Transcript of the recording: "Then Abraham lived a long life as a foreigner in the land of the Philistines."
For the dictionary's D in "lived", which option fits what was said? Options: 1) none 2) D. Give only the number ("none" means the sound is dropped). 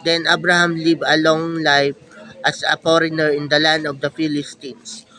1